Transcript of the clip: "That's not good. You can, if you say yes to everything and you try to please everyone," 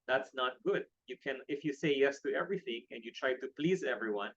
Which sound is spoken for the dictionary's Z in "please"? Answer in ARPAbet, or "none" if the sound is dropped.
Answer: Z